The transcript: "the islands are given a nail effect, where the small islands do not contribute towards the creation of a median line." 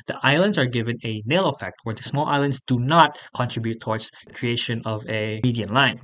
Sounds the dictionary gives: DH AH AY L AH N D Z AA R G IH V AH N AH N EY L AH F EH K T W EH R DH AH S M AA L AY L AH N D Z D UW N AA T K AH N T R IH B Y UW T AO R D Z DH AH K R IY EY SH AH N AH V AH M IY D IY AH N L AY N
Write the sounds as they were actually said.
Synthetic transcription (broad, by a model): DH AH AY L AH N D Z AA R G IH V AH N AH N EY L AH F EH K T W EH R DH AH S M AA L AY L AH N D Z D UW N AA T K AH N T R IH B Y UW T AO R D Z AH K R IY EY SH AH N AH V AH M IY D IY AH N L AY N